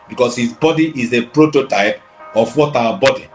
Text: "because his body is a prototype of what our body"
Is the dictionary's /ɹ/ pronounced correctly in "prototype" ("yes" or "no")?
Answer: yes